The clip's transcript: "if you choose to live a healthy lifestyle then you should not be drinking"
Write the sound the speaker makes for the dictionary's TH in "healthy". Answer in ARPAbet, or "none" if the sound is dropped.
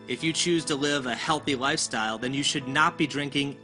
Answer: TH